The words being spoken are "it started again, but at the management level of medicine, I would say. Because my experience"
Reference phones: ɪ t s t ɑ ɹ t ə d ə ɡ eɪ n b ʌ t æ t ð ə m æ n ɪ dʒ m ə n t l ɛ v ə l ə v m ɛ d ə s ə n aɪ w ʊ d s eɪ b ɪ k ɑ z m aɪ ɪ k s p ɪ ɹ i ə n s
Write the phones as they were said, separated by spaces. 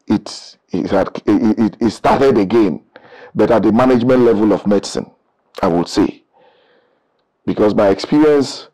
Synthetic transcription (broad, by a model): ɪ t s t ɑ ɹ t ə d ə ɡ eɪ n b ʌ t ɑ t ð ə m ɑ n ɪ dʒ m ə n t l ɛ v ə l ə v m ɛ d ə s ə n aɪ w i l s eɪ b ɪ k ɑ s m aɪ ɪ k s p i ɹ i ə n s